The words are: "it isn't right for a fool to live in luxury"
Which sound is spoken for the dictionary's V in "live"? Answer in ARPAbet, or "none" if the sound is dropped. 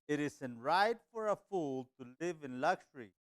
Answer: V